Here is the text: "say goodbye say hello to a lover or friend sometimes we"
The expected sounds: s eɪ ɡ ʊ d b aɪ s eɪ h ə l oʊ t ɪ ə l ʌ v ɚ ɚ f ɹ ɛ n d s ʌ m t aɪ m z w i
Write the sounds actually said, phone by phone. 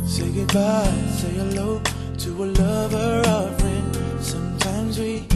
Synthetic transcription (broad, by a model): s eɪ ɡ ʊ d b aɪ s eɪ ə l oʊ t ɪ ə l ʌ v ɚ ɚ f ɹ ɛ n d s ʌ m t aɪ m z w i